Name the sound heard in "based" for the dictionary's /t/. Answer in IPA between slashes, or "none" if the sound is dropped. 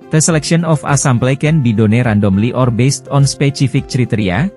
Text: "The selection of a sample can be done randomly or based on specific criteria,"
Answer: /t/